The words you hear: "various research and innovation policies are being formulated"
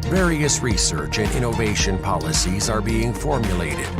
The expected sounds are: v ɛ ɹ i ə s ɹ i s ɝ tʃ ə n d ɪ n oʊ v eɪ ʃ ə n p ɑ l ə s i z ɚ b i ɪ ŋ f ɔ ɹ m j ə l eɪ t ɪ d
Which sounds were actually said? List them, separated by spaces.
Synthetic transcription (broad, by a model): v ɛ ɹ i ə s ɹ i s ɝ tʃ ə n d ɪ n oʊ v eɪ ʃ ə n p ɑ l ə s i z ɚ b i ɪ ŋ f ɔ ɹ m j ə l eɪ t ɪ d